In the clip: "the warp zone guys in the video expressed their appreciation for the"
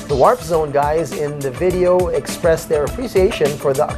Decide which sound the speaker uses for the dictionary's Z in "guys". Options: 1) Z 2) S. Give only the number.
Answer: 1